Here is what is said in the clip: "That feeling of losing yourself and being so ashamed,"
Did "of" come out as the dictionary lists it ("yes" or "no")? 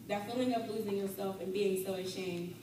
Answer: no